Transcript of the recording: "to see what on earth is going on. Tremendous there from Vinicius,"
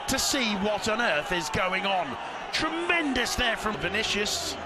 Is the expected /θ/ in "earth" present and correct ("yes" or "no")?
yes